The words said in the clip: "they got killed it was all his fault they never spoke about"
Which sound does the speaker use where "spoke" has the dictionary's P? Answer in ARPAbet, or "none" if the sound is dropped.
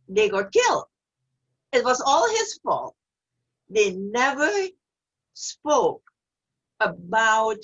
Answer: P